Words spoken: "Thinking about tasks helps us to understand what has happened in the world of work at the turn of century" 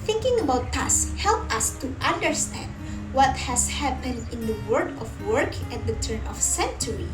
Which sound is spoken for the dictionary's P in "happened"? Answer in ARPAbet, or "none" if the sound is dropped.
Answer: P